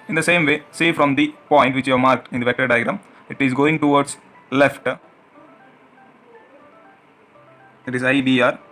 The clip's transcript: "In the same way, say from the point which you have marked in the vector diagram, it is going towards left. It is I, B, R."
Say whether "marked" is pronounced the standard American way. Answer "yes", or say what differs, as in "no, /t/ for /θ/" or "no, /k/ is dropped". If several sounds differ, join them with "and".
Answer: yes